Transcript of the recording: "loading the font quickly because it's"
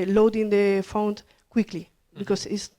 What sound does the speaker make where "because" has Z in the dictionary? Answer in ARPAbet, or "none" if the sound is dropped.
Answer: S